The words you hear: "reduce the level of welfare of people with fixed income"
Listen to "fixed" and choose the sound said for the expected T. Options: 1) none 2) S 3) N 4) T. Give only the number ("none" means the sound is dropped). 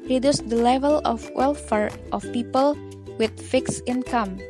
1